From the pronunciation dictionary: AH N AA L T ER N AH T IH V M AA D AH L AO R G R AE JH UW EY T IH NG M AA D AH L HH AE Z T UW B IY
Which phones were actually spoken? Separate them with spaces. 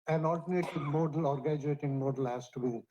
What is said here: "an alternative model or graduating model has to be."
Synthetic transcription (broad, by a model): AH N AA L T ER N AH T IH V M AA D AH L AO R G AE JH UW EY T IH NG M AA D AH L HH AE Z T UW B IY